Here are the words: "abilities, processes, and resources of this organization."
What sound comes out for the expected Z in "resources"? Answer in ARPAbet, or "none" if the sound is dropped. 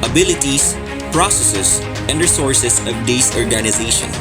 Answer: S